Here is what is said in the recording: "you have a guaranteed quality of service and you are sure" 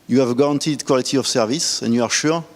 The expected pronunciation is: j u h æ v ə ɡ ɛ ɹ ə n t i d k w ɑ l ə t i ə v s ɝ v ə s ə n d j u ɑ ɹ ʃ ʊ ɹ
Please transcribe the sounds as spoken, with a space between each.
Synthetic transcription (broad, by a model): j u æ v ɡ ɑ ɹ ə n t i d k w ɑ l ə t i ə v s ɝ v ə s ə n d j u ɑ ɹ ʃ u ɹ